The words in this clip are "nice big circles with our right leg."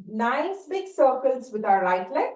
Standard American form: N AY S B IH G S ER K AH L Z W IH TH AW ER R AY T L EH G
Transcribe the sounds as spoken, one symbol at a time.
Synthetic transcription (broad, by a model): N AY S B IH G S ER K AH L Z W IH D AW ER L AY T L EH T